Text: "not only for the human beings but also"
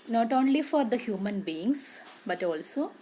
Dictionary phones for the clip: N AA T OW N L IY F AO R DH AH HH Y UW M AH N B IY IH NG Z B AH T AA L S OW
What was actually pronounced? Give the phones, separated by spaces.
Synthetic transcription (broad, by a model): N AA T OW N L IY F AO R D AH HH Y UW M AH N B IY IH NG S B AH T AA L S OW